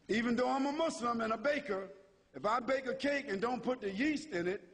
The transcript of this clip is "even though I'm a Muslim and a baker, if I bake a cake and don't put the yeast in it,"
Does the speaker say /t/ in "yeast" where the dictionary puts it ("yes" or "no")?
yes